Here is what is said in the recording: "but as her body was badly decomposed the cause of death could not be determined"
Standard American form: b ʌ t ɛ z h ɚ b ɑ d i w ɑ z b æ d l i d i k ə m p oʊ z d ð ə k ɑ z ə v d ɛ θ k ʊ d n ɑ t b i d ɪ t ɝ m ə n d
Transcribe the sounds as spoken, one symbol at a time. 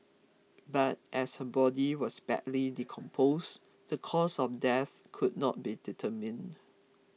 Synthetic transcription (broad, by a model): b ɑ t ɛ s h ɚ b ɑ d i w ɑ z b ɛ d l i d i k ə m p oʊ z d ə k ɑ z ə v d ɛ θ k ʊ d n ɑ t b i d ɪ t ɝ m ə n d